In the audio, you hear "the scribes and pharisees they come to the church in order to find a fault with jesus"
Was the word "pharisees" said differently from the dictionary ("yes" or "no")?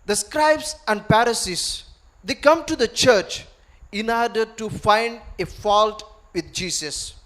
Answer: yes